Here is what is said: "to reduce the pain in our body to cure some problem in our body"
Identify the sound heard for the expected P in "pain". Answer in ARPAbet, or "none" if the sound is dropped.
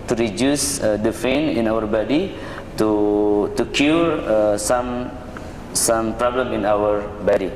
F